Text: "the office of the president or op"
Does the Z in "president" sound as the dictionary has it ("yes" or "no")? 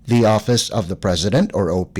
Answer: yes